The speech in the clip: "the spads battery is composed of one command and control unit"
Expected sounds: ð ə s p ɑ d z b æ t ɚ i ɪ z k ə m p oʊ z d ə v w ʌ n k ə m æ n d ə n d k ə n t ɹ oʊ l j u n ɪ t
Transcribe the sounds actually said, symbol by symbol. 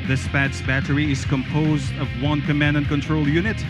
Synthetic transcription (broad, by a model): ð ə s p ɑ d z b æ t ɚ i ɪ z k ə m p oʊ z d ə v w ʌ n k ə m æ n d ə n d k ə n t ɹ oʊ l j u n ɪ t